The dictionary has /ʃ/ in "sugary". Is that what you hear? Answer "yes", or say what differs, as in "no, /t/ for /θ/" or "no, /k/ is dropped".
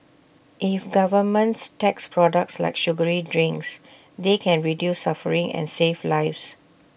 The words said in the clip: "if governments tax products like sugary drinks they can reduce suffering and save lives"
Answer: yes